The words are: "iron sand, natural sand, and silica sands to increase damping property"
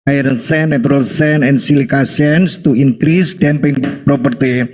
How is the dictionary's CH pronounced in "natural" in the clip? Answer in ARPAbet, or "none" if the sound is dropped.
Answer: none